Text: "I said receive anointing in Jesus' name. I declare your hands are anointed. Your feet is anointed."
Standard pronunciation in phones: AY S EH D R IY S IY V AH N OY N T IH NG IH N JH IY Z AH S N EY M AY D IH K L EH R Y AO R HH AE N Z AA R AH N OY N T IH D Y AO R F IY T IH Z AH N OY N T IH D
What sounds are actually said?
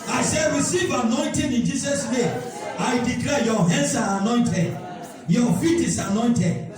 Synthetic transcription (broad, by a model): AY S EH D R IY S IY V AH N OY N T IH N IH N JH IY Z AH S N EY AY D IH K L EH Y AO HH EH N S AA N AH N OY N T IH D Y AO F IY T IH S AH N OY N T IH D